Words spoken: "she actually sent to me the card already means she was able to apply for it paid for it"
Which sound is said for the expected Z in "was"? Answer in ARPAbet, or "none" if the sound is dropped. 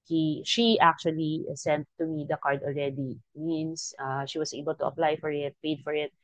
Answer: S